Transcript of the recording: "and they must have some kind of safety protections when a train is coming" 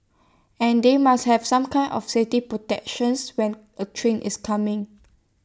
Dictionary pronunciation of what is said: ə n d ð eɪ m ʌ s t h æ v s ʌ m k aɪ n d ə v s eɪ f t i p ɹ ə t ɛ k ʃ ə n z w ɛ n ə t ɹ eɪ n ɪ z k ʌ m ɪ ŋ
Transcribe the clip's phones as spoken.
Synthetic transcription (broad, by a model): ə n d eɪ m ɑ s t h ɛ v s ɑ m k aɪ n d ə f s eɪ t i p ɹ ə t ɛ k ʃ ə n s w ɛ n ə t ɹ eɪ n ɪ s k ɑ m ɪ ŋ